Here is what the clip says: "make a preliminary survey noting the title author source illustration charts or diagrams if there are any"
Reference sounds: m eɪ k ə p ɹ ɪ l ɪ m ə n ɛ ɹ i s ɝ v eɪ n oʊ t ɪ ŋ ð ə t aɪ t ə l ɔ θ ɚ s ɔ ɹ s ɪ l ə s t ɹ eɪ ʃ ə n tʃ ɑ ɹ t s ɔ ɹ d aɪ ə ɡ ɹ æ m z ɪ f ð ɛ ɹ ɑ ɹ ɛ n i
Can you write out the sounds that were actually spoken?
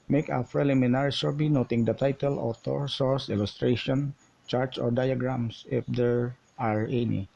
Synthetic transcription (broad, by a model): m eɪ k ə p ɹ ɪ l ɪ m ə n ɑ ɹ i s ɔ b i n oʊ t ɪ ŋ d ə t aɪ t ə l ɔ t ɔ s ɔ ɹ s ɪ l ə s t ɹ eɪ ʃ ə n tʃ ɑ ɹ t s ɔ ɹ d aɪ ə ɡ ɹ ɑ m s ɪ f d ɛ ɹ ɑ ɹ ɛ n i